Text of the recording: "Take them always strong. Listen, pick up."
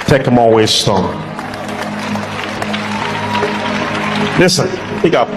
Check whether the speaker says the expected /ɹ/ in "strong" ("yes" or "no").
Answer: no